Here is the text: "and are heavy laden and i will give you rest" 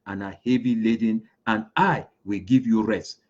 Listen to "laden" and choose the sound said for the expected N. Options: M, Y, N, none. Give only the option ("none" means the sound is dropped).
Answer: N